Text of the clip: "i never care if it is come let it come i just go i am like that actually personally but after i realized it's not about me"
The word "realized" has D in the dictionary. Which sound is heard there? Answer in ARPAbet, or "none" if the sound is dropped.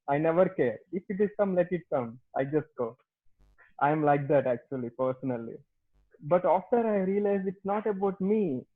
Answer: none